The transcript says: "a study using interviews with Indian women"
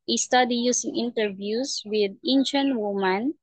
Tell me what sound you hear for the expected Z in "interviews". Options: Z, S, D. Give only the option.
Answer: S